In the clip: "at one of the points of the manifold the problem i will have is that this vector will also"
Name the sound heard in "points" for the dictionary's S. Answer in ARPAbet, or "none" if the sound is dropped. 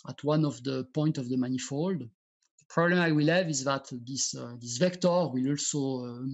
none